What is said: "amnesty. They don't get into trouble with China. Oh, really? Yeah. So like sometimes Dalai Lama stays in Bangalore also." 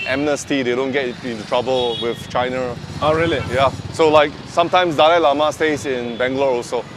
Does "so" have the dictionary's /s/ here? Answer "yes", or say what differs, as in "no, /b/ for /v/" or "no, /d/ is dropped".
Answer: yes